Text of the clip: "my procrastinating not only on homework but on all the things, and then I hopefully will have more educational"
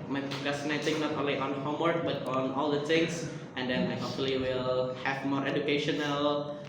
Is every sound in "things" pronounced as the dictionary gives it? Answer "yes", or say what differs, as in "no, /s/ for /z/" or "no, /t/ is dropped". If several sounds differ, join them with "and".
no, /t/ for /θ/